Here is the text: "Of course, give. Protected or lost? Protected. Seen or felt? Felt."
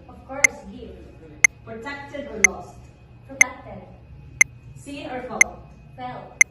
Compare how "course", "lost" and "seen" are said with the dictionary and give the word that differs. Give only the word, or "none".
seen